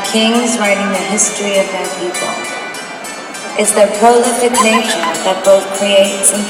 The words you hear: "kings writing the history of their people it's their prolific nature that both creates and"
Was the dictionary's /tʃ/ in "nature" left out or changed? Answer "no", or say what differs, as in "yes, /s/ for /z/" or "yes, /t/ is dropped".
yes, /ʃ/ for /tʃ/